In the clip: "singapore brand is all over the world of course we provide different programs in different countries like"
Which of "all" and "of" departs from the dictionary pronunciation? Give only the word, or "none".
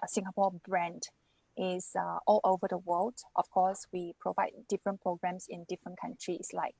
of